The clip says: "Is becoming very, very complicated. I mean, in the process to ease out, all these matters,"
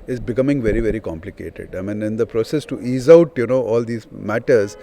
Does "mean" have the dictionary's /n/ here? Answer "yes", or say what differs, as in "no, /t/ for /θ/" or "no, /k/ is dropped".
yes